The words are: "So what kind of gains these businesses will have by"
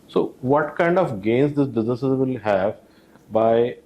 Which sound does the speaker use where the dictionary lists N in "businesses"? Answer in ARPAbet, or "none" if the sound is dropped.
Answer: none